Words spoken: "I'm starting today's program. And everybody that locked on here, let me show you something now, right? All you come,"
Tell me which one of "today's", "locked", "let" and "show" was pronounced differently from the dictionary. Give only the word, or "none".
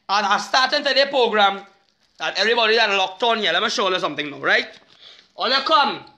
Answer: today's